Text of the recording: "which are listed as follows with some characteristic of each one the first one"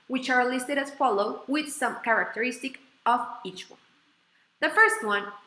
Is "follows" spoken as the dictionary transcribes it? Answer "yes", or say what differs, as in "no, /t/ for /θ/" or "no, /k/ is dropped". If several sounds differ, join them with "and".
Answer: no, /z/ is dropped